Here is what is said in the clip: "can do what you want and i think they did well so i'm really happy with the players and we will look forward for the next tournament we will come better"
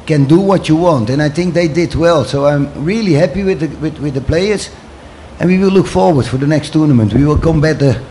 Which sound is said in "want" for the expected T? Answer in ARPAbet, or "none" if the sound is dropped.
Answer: T